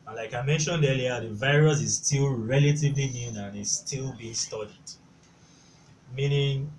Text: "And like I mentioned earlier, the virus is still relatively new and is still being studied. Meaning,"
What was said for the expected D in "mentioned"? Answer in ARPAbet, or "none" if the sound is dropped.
D